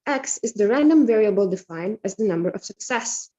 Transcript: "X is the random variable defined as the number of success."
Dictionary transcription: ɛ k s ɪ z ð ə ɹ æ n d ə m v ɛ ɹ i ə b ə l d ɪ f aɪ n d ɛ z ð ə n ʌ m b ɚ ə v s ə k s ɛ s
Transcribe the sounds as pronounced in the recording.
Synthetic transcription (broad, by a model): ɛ k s ɪ z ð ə ɹ æ n d ə m v ɛ ɹ i ə b ə l d ɪ f aɪ n d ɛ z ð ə n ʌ m b ɚ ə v s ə k s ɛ s